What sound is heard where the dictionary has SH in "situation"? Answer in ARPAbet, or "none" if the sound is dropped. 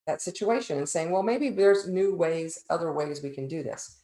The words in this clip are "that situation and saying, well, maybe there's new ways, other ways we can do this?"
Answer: SH